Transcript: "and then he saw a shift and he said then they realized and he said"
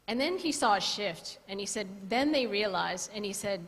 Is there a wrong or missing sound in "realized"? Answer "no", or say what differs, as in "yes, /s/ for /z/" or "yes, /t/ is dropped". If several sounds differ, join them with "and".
yes, /d/ is dropped